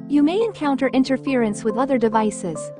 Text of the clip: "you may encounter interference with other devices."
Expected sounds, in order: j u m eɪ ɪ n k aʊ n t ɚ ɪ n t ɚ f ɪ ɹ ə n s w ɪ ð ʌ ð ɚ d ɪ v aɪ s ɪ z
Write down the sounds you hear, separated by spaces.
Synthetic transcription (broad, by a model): j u m eɪ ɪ n k aʊ n t ɚ ɪ n t ɚ f ɪ ɹ ə n s w ɪ ð ʌ ð ɚ d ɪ v aɪ s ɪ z